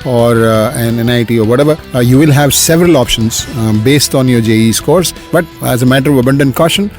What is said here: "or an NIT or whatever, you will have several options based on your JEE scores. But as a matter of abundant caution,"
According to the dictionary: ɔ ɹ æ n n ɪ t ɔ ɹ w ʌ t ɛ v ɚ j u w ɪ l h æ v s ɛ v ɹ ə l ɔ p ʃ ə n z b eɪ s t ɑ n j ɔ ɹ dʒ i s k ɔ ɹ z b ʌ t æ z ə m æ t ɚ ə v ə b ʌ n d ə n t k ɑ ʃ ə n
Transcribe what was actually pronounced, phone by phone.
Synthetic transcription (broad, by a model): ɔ ɹ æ n n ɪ t ɔ ɹ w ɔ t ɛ v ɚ j u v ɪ l h æ v s ɛ v ɹ ə l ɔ p ʃ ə n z b eɪ s t ɑ n j ɔ ɹ dʒ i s k ɔ ɹ s b ʌ t æ z ə m æ t ɚ ə v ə b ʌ n d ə n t k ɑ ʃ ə n